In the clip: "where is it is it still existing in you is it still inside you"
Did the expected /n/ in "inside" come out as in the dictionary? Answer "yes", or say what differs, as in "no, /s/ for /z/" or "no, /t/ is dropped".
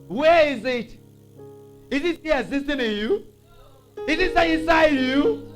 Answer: no, /n/ is dropped